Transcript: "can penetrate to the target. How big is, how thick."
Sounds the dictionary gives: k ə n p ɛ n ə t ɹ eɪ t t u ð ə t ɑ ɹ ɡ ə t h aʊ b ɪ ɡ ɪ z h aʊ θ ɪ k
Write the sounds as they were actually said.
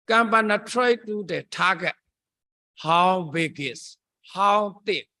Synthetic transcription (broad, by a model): k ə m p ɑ n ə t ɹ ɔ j t u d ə t ɑ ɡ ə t h aʊ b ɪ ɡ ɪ s h aʊ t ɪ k